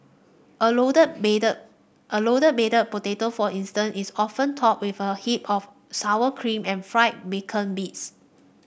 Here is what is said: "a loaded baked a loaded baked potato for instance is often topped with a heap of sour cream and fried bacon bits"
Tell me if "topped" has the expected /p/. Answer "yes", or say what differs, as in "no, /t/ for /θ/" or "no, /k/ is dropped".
no, /p/ is dropped